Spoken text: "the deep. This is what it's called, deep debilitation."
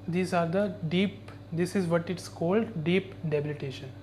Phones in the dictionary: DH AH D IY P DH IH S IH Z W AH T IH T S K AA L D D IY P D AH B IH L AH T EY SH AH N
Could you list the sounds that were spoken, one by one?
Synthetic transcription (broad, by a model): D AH D IY P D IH S IH Z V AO T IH T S K AA L D D IY P D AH B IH L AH T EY SH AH N